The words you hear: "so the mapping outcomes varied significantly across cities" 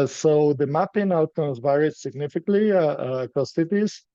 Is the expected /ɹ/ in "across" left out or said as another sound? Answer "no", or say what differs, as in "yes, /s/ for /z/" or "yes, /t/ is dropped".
yes, /ɹ/ is dropped